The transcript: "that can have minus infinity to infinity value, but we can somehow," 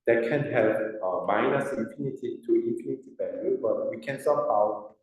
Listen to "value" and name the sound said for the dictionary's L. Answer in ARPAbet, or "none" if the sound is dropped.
none